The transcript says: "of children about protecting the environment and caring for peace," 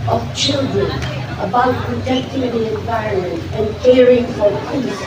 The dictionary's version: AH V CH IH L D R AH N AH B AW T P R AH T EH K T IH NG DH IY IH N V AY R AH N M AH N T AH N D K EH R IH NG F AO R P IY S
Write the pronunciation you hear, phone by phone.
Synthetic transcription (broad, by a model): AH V CH IH L D R AH N AH B AW T P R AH T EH K T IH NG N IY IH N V AY AH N M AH N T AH N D K EH R IH NG F AO R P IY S